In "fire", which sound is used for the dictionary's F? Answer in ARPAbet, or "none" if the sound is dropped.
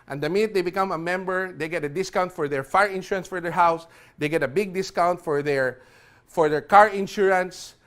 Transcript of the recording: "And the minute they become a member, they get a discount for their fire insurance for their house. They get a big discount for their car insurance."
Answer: F